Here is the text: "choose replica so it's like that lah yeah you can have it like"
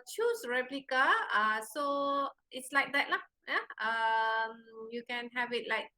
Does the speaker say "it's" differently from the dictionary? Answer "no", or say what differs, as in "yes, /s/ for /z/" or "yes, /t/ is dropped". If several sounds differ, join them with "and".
no